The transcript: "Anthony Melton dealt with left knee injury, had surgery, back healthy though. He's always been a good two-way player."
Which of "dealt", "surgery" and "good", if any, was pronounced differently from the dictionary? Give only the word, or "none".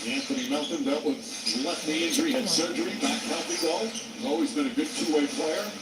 dealt